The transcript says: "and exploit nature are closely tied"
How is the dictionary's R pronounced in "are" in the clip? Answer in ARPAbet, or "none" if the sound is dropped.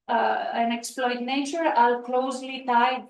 L